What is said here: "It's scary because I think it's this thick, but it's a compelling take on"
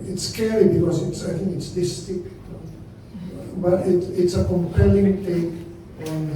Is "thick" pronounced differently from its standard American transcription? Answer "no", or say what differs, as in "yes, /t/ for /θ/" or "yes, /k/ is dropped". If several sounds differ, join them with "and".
yes, /t/ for /θ/